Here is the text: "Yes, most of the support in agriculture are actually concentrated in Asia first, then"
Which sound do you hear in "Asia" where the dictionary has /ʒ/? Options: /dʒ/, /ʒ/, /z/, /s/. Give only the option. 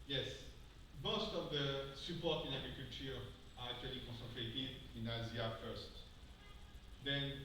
/z/